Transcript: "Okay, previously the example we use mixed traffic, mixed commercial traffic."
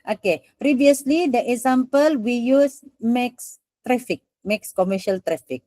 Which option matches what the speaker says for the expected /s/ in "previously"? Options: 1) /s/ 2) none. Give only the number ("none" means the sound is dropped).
1